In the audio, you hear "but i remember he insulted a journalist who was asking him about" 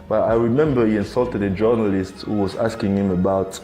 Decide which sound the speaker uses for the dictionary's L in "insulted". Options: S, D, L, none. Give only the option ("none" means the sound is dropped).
L